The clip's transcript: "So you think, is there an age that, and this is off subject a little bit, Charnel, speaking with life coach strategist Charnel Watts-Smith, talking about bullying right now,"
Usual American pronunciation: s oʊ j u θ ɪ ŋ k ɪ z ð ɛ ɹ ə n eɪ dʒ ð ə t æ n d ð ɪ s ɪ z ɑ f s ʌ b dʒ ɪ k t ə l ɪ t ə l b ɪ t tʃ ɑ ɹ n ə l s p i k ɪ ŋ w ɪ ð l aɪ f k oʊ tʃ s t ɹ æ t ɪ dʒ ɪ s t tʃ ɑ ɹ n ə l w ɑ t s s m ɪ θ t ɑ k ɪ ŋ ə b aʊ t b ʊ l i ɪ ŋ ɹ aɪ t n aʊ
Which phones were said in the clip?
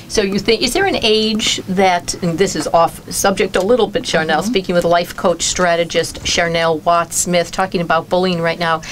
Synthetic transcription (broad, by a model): s oʊ j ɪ θ ɪ ŋ k ɪ z ð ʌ ɹ ə n eɪ dʒ ð ə t n ð ɪ s ɪ z ɑ f s ʌ b dʒ ɪ k t ə l ɪ t l b ɪ t ʃ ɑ ɹ n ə l s p i k ɪ ŋ w ɪ ð l aɪ f k oʊ tʃ s t ɹ æ t ɪ dʒ ɪ s t ʃ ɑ ɹ n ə l w ɑ t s s m ɪ θ t ɑ k ɪ ŋ ə b aʊ t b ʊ l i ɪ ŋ ɹ aɪ t n aʊ